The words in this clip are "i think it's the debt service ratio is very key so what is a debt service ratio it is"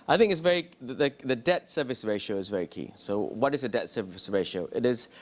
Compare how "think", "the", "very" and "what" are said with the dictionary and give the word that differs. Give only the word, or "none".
none